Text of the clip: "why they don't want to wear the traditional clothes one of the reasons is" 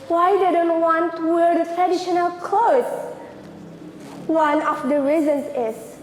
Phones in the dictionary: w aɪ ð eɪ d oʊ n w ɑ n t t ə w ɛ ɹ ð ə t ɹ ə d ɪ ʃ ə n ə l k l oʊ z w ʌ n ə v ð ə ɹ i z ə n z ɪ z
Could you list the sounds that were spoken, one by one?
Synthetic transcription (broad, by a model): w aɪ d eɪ d oʊ n w ɑ n t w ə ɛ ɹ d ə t ɹ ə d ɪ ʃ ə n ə l k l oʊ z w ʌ n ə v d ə ɹ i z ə n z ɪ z